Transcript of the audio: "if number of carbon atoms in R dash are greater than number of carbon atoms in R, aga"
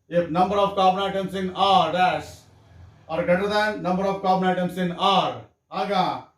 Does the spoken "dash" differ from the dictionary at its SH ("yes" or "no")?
yes